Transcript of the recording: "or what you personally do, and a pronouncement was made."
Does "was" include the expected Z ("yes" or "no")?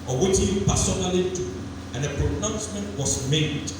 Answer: no